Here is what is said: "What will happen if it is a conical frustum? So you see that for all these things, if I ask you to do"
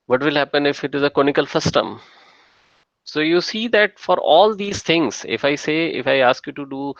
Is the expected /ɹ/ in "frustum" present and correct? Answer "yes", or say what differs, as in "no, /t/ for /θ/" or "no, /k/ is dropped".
no, /ɹ/ is dropped